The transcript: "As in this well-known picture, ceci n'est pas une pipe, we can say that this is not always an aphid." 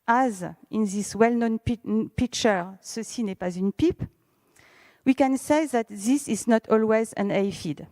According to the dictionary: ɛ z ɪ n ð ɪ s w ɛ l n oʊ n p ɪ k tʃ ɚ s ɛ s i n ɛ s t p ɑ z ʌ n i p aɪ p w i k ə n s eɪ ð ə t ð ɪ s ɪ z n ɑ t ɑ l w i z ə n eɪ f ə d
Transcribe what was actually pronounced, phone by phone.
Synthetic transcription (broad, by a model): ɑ z ɪ n ð ɪ s w ɛ l n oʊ n p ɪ k tʃ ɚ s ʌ s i n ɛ p ɑ z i n p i p w i k ə n s eɪ ð ə t ð ɪ s ɪ z n ɑ t ɑ l w i z ə n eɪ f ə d